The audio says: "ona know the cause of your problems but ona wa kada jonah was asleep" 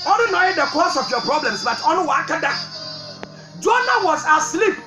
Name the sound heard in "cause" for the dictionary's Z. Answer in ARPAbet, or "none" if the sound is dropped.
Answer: S